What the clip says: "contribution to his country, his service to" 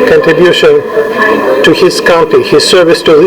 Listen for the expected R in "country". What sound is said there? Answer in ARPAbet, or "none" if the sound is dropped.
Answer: none